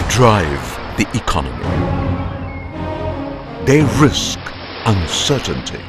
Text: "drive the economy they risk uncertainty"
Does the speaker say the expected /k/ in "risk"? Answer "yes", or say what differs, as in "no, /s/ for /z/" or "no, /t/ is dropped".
yes